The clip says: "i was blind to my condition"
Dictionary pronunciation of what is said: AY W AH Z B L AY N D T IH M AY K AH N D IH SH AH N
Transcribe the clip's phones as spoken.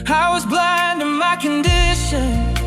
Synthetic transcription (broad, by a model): AY W AH Z B L AY N D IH M AY K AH N D IH SH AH N